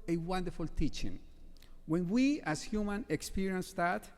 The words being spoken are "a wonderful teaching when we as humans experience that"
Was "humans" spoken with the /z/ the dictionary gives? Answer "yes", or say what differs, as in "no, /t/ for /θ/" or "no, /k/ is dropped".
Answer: no, /z/ is dropped